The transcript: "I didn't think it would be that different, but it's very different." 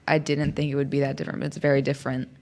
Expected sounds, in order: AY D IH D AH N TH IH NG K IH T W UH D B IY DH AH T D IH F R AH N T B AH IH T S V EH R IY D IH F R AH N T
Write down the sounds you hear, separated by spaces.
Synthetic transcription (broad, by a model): AY D IH D N TH IH NG K IH T W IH D B IY DH AH T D IH F R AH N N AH IH T S V EH R IY D IH F R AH N T